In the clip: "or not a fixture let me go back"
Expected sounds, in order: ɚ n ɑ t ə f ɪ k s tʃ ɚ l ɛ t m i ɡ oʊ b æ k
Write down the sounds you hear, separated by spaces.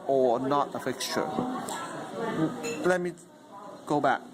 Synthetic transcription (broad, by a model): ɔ n ɑ t ə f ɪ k tʃ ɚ l ɛ t m i ɡ oʊ b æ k